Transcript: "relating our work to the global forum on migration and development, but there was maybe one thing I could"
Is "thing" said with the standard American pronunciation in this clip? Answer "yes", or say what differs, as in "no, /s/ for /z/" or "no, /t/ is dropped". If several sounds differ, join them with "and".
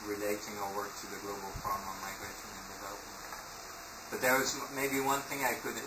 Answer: yes